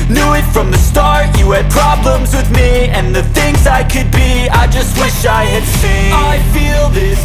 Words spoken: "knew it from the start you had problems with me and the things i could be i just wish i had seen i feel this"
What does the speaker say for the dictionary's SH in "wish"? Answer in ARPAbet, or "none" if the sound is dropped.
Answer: SH